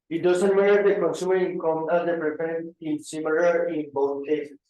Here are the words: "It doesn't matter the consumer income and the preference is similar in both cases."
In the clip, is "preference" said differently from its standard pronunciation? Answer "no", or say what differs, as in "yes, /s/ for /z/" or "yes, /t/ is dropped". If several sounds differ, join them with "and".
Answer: yes, /s/ is dropped